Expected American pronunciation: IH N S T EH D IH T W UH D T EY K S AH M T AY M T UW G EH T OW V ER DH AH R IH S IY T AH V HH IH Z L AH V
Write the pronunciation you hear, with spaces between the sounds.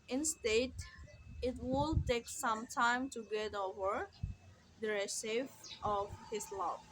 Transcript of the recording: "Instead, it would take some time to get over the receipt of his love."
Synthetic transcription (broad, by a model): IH N S T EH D IH T W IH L T EY K S AH M T AY M T UW G EH T OW V ER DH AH R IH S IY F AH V HH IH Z L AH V